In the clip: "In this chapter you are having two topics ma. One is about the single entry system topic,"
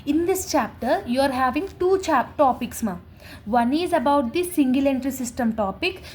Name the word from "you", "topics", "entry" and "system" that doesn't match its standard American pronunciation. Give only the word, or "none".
none